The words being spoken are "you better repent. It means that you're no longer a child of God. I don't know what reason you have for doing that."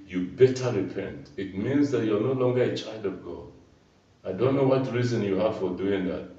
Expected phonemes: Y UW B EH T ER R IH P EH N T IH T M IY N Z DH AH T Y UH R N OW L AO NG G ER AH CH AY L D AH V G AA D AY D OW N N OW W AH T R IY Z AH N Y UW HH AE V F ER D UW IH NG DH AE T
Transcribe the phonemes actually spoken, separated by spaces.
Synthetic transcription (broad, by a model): Y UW B EH T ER R IH P EH N T IH T M IY N Z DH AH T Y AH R N OW L AO NG G ER AH CH AY L D AH V G AA D AY D OW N N OW W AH T R IY Z AH N Y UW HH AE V F ER D UW IH NG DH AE T